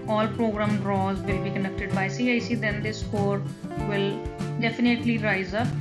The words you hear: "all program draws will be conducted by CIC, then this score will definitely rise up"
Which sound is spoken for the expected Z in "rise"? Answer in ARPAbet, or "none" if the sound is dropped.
Z